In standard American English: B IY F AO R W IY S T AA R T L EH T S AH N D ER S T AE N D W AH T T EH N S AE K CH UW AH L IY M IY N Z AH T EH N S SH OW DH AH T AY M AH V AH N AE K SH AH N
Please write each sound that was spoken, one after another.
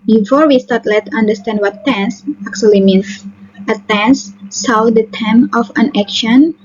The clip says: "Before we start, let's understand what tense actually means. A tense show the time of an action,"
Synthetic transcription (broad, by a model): B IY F AO R W IY S T AA R T L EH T AH N D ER S T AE N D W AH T T EH N S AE K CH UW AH L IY M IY N S AH T EH N S S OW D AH T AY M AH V AH N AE K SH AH N